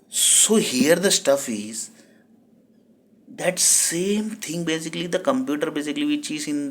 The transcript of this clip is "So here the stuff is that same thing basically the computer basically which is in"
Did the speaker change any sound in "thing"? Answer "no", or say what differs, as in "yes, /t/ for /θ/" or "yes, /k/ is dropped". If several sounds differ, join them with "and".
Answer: yes, /t/ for /θ/